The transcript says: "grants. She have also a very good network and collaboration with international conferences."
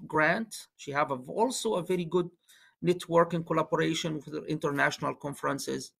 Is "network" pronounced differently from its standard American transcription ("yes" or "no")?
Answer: no